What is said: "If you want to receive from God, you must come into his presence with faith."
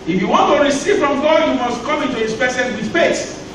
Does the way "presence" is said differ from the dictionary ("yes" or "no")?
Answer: yes